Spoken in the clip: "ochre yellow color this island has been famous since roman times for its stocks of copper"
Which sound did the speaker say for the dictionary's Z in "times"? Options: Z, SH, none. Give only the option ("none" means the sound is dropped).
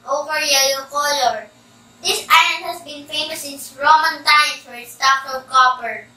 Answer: none